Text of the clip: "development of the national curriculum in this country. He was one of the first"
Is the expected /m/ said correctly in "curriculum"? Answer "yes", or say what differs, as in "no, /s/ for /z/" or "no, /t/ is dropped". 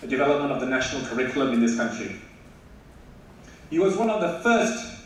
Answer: yes